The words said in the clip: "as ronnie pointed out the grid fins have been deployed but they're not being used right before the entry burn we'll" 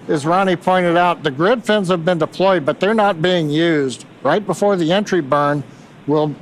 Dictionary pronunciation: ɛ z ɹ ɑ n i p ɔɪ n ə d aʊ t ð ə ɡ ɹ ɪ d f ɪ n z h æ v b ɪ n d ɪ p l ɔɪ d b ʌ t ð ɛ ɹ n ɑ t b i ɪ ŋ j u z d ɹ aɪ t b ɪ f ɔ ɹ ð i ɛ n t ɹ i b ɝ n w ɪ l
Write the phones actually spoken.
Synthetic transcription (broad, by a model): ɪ z ɹ ɑ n i p ɔɪ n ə d aʊ t ð ə ɡ ɹ ɪ d f ɪ n z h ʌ v b ɪ n d ɪ p l ɔɪ d b ʌ t ð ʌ ɹ n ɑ t b i ɪ ŋ j u z d ɹ aɪ t b ɪ f ɔ ɹ ð i ɛ n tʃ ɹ i b ɝ n w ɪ l